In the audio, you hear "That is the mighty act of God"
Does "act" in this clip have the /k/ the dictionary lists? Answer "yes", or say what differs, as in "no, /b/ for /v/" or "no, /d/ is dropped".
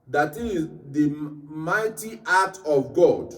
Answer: no, /k/ is dropped